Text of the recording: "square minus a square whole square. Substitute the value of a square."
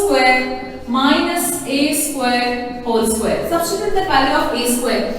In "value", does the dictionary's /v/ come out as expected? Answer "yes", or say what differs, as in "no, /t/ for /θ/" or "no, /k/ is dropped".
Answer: no, /p/ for /v/